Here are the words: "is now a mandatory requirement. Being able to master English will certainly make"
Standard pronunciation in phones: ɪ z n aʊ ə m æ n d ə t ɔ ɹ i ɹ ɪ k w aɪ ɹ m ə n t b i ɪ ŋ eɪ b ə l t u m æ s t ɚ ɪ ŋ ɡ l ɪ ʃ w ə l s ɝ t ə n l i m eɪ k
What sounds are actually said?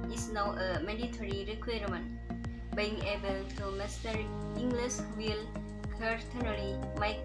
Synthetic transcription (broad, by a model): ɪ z n aʊ ə m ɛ d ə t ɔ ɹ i ɹ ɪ k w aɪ ɹ m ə n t b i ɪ ŋ eɪ b ə l t u m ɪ s t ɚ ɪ ŋ ɡ l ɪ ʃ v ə l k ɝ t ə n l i m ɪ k